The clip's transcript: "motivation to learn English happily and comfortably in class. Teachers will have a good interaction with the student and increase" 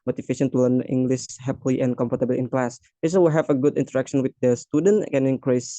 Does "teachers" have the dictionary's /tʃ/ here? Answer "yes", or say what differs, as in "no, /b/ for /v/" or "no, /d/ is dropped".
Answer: no, /s/ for /tʃ/